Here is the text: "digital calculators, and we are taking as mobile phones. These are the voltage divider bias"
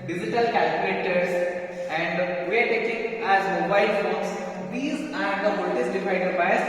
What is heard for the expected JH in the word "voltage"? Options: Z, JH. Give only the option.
Z